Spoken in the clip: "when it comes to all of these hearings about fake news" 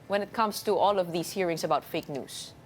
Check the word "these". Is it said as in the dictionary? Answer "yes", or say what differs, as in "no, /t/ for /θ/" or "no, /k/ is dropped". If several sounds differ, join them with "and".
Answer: no, /s/ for /z/